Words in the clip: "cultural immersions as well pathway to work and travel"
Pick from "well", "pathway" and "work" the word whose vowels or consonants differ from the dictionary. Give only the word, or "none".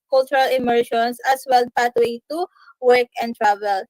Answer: pathway